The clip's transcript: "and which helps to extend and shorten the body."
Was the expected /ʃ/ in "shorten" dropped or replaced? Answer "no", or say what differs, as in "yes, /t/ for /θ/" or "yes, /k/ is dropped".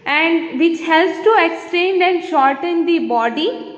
no